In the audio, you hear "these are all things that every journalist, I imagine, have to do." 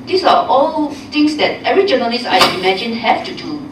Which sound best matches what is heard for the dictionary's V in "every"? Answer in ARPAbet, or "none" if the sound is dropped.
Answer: none